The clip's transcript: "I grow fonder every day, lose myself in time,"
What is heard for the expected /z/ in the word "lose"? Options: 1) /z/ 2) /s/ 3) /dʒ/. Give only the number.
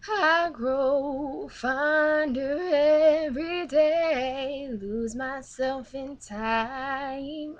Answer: 1